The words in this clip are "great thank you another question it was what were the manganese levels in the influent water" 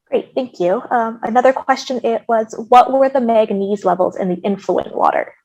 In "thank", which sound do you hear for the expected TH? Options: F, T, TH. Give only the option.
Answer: TH